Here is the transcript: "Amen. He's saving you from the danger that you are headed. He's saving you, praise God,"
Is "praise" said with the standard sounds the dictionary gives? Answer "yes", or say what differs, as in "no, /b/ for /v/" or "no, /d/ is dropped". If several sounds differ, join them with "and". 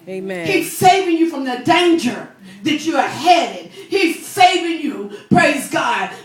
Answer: yes